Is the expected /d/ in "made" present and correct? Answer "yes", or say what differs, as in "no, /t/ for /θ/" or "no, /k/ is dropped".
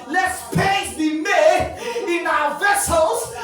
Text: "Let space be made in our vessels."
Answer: no, /d/ is dropped